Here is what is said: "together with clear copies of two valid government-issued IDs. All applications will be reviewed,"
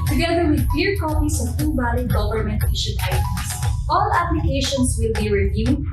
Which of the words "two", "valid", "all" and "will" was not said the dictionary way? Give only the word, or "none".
valid